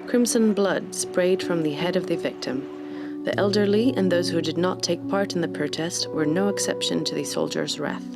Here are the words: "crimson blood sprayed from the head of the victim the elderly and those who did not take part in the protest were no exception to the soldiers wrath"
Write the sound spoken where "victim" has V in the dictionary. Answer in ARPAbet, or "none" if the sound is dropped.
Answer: V